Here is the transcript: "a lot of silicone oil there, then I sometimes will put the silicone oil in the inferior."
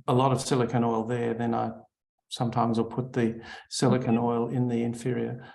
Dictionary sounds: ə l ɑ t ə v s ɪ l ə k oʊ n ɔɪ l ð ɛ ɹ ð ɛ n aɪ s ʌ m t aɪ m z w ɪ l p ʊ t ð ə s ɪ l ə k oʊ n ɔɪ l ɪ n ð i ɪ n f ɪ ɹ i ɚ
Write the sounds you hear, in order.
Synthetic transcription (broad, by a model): ə l ɑ t ə v s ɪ l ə k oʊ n ɔɪ l ð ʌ ɹ ð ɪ n aɪ s ʌ m t aɪ m z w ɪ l p ʊ t ð ə s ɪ l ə k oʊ n ɔɪ l ɪ n ð i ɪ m f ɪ ɹ i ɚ